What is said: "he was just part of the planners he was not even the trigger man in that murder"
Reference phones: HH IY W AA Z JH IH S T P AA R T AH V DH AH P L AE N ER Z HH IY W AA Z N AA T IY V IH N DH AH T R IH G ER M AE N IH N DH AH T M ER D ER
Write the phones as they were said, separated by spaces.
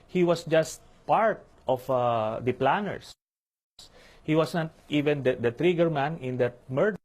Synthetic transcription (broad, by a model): HH IY W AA S JH IH S T P AA R T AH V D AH P L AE N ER S HH IY W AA S N AA T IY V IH N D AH T R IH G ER M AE N IH N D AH T M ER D